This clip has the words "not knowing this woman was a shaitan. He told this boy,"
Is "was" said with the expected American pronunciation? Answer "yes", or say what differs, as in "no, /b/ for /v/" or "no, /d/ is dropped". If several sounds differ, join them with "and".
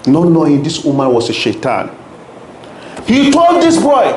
no, /s/ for /z/